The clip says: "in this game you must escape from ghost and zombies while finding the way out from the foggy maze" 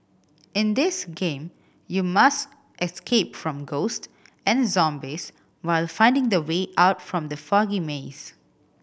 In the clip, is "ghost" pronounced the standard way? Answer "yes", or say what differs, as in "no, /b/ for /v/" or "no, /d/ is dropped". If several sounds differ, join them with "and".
yes